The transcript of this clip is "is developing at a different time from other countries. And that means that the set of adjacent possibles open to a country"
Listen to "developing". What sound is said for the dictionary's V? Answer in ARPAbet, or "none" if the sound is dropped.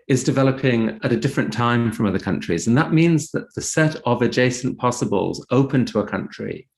V